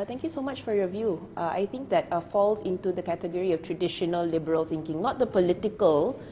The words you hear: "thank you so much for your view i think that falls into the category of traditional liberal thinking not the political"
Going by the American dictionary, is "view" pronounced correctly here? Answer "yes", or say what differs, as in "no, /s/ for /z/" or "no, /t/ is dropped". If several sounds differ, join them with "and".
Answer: yes